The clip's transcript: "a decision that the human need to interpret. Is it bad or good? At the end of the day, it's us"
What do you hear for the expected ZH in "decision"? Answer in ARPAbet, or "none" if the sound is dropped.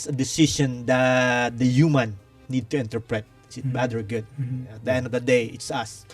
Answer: SH